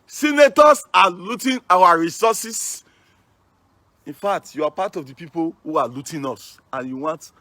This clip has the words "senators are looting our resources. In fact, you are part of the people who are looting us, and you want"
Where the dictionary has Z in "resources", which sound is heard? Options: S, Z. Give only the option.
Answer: S